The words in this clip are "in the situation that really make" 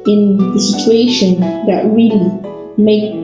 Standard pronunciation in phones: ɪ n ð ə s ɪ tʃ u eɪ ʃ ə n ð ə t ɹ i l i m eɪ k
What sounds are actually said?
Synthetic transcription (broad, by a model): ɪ n ð ə s ɪ tʃ u eɪ ʃ ə n ð ə t ɹ i l i m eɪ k